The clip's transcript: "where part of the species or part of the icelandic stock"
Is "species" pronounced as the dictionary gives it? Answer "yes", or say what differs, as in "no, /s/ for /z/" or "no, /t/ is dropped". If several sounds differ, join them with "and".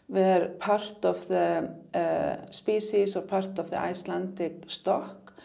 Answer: no, /s/ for /ʃ/ and /s/ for /z/